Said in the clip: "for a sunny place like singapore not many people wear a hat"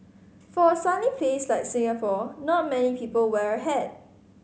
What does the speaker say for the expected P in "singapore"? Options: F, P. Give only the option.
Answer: F